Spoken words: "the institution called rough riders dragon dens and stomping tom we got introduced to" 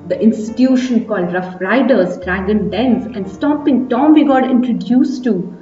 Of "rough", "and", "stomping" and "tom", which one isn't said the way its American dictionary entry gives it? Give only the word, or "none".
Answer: stomping